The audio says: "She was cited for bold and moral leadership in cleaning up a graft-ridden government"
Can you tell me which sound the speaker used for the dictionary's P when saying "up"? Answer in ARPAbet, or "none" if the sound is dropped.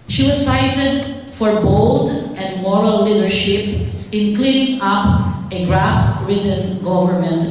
P